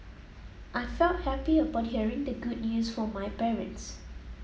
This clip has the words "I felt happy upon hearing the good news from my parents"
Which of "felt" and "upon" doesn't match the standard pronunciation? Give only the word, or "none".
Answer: upon